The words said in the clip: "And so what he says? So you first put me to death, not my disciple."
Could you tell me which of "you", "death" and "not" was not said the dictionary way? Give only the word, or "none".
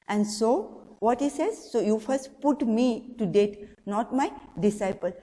death